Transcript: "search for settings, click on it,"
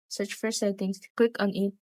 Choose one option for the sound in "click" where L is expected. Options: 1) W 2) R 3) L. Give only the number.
1